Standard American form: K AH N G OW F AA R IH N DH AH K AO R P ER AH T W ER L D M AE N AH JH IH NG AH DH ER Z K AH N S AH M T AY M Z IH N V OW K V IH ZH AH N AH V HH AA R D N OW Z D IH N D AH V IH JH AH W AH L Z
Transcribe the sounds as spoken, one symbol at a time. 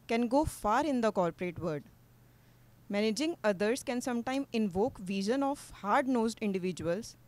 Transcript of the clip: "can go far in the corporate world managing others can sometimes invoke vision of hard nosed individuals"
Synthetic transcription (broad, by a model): K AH N G OW F AA R IH N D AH K AO R P ER AH T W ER D M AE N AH JH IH NG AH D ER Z K AH N S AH M T AY M IH N V OW K V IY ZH AH N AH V HH AA R D N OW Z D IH N D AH V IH JH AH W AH L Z